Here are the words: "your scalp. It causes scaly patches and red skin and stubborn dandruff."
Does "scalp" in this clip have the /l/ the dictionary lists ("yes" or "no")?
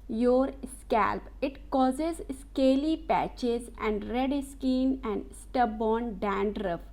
yes